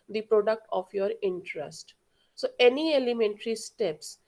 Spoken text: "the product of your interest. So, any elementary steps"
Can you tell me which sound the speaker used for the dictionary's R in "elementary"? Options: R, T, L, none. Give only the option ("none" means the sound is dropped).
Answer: R